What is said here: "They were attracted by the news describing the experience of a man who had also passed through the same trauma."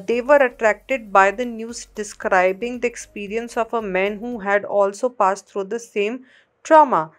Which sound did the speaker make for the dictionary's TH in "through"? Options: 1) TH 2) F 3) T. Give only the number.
3